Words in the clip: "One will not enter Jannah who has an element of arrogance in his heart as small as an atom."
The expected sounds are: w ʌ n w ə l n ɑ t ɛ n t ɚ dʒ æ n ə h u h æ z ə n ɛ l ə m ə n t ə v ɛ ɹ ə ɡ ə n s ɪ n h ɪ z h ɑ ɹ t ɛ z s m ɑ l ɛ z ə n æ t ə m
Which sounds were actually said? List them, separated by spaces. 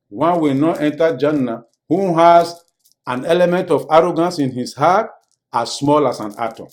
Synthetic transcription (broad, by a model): w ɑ n w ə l n ɑ t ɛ n t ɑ dʒ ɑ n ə h u h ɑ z ə n ɛ l ə m ə n t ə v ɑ ɹ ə ɡ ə n s ɪ n h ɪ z h ɑ t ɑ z s m ɑ l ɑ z ə n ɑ t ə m